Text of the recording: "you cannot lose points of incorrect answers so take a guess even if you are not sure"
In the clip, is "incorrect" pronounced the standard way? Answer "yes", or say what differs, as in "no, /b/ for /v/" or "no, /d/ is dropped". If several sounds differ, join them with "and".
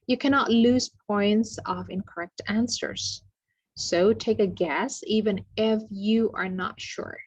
yes